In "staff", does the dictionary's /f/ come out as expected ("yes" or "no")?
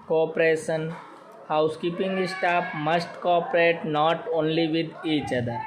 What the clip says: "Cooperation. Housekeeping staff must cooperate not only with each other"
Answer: no